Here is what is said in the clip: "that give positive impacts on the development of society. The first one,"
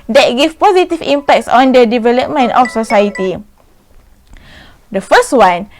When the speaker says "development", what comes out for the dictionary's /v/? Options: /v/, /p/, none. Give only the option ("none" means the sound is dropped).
/v/